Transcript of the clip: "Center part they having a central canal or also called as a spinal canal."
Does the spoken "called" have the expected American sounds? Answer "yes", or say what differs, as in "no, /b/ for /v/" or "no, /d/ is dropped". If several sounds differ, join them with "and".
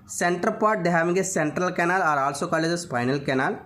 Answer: no, /d/ is dropped